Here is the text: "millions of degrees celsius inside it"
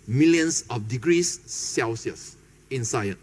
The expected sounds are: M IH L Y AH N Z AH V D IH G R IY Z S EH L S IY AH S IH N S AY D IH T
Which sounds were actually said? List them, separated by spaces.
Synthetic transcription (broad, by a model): M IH L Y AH N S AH F D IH G R IY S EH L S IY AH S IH N S AY IH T